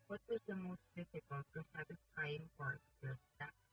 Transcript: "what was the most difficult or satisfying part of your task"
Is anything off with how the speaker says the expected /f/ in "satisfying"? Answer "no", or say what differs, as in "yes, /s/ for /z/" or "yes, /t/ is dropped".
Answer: yes, /p/ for /f/